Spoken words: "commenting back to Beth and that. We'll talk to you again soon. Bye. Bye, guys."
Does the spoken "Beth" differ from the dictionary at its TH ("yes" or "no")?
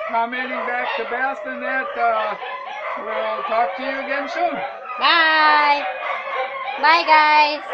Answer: yes